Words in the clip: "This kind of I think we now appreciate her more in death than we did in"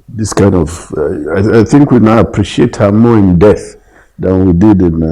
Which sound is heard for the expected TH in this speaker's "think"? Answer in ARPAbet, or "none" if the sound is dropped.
TH